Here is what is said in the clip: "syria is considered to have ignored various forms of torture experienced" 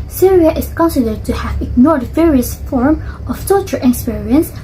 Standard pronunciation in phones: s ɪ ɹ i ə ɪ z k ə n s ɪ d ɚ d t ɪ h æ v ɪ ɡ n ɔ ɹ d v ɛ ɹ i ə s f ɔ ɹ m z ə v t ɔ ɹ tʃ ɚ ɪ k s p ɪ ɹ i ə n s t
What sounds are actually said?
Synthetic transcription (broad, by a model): s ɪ ɹ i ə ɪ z k ə n s ɪ d ɚ d t ɪ h æ v ɪ ɡ n ɔ ɹ d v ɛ ɹ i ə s f ɔ ɹ m ə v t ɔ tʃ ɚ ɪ k s p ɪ ɹ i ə n s